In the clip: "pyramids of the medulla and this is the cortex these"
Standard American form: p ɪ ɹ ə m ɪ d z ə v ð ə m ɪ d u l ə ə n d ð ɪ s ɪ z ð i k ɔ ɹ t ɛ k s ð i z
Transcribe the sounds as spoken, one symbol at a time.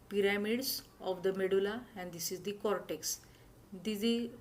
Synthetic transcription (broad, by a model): p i ɹ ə m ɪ d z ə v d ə m ɪ d u l ə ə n d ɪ s ɪ z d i k ɔ ɹ t ɛ k s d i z